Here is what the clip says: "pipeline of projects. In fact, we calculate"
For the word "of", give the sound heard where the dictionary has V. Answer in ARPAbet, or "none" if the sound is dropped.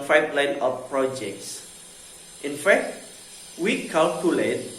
P